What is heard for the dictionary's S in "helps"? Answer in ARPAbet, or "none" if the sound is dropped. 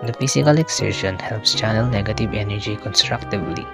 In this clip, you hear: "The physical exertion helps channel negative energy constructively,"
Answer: S